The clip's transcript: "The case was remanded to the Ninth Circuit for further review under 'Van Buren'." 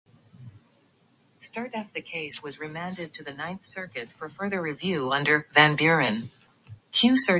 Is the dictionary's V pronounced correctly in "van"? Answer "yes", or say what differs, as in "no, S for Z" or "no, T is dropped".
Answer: yes